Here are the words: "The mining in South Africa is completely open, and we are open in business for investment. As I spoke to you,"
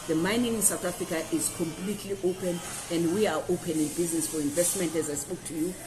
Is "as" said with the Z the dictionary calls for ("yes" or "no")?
yes